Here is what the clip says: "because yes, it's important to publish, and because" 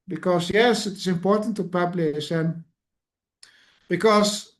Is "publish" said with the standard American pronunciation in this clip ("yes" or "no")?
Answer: no